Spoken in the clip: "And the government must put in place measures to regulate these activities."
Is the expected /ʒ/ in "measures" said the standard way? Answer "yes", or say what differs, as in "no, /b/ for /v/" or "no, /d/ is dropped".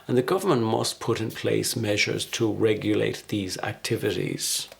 yes